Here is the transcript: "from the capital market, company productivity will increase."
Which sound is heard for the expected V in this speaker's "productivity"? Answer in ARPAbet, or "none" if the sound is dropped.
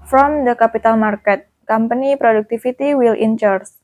F